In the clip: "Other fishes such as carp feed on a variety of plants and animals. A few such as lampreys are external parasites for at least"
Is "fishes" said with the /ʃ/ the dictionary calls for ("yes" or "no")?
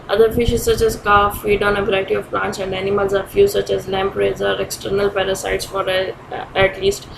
yes